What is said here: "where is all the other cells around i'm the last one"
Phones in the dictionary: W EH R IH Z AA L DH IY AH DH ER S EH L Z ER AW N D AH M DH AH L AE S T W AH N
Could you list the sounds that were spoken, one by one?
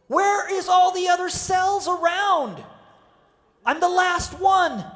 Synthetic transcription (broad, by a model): W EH R IH Z AA L DH IY AH DH ER S EH L Z ER AW N D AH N DH AH L AE S T W AH N